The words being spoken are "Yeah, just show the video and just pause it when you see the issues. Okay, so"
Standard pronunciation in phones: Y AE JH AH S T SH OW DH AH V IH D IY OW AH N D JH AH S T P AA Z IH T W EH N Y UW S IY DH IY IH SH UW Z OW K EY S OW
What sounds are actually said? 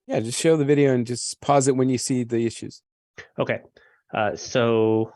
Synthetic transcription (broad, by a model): Y AE JH AH S T SH OW DH AH V IH D IY OW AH N JH AH S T P AA Z IH T W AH N Y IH S IY DH IY IH SH UW Z OW K EY S OW